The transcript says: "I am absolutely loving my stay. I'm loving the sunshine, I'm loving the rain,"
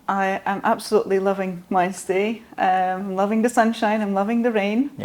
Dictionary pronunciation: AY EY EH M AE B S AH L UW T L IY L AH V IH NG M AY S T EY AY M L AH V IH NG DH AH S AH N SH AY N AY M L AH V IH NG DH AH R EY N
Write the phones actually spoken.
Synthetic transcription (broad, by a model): AY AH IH M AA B S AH L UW T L IY L AH V IH NG M AY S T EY AY M L AH V IH NG DH AH S AH N SH AY N AY M L AH V IH NG DH AH R EY N